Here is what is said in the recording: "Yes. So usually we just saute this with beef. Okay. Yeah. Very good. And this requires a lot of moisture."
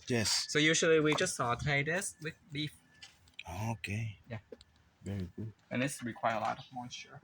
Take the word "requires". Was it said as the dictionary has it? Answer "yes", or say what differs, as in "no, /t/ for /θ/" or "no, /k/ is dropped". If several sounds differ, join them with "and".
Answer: no, /z/ is dropped